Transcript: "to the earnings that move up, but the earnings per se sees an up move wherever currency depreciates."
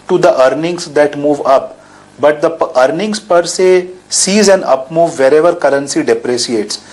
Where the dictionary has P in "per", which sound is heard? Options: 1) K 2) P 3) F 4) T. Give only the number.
2